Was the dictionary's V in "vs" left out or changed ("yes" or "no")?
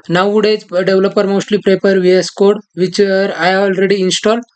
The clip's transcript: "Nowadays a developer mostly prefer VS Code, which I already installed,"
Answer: no